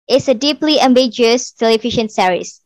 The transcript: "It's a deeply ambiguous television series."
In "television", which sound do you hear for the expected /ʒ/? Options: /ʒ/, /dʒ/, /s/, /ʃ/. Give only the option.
/ʃ/